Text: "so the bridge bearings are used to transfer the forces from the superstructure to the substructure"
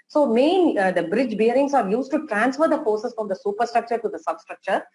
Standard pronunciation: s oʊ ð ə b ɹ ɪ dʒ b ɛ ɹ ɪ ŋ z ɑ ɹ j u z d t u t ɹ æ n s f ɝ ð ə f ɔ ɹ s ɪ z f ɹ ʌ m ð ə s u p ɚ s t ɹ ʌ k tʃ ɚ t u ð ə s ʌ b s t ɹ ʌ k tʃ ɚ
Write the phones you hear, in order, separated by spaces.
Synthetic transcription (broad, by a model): s oʊ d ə b ɹ ɪ dʒ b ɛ ɹ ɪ ŋ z ɑ ɹ j u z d t u t ɹ æ n s f ɝ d ə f ɔ ɹ s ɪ s f ɹ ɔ m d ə s u p ɚ s t ɹ ʌ k tʃ ɚ t u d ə s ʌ b s t ɹ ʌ k tʃ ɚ